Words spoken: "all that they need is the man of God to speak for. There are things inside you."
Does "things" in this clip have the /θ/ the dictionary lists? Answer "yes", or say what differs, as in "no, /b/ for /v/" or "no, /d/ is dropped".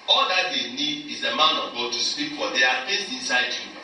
no, /f/ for /θ/